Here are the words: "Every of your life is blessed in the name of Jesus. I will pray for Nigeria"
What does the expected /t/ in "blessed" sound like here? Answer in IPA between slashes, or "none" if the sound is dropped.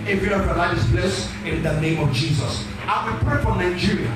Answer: none